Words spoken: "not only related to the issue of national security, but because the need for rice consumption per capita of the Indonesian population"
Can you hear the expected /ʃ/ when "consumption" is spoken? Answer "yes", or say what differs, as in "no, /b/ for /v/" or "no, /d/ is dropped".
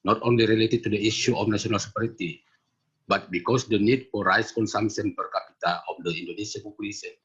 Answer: no, /s/ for /ʃ/